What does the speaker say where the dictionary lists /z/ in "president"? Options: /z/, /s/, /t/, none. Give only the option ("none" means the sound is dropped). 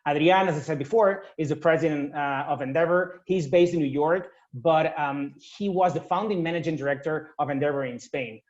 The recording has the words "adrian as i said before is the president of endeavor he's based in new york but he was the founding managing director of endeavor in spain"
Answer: /z/